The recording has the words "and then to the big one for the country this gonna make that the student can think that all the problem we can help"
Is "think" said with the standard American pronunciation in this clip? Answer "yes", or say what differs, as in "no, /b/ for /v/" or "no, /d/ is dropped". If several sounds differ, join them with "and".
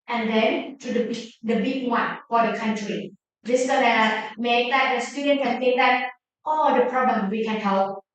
no, /t/ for /θ/